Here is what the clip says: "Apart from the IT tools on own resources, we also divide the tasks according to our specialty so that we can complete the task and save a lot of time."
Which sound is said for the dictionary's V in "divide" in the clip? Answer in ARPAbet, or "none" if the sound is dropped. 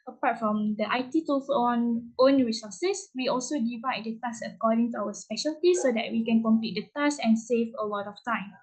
V